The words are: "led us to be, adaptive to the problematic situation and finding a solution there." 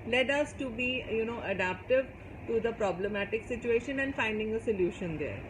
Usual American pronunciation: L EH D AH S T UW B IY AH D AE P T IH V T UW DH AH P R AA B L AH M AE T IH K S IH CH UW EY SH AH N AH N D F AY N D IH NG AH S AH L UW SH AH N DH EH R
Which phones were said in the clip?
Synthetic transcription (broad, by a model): L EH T AH S T UW B IY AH D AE P T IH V T UW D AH P R AA B L AH M AE T IH K S IH CH UW EY SH AH N AH N D F AY N D IH NG AH S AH L UW SH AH N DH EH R